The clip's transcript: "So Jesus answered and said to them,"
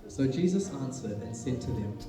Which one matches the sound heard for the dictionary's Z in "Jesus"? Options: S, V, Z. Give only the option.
Z